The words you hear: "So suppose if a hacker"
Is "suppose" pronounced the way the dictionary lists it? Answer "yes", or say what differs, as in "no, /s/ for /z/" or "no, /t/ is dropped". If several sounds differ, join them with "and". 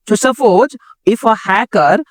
no, /f/ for /p/